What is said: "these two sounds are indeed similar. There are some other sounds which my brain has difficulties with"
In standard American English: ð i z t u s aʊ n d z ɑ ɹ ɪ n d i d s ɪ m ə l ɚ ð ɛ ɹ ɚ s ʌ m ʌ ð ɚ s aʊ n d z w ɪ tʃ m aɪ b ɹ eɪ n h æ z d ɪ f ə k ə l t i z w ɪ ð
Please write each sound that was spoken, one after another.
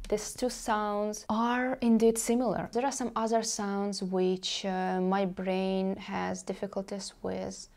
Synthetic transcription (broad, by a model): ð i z t u s aʊ n d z ɑ ɹ ɪ n d i d s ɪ m l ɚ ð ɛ ɹ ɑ s ʌ m ʌ ð ɚ s aʊ n d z w ɪ tʃ m aɪ b ɹ eɪ n h æ z d ɪ f ə k ə l t i z w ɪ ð